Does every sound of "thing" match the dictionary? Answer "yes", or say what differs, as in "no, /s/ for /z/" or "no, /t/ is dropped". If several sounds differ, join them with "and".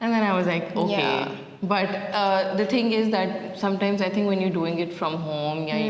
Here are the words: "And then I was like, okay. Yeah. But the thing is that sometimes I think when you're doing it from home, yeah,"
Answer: no, /t/ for /θ/